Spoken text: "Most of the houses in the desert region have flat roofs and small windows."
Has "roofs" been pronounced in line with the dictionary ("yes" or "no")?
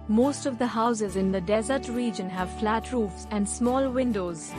yes